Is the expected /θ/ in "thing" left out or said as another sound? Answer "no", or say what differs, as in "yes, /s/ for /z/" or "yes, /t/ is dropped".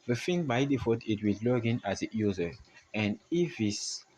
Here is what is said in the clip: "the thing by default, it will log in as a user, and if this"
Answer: yes, /f/ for /θ/